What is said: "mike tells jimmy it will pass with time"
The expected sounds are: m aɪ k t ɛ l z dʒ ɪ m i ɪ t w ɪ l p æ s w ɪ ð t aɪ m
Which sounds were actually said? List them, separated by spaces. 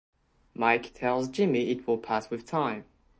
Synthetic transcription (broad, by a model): m aɪ k t ɛ l z dʒ ɪ m i ɪ t w ɪ l p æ s w ɪ ð t aɪ m